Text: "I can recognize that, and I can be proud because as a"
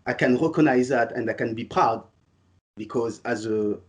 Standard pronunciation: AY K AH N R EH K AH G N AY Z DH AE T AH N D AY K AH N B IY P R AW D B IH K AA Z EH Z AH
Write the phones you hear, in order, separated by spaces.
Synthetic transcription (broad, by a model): AY K AH N R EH K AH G N AY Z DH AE T AH N D AY K AH N B IY P R AW D B IH K AA Z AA Z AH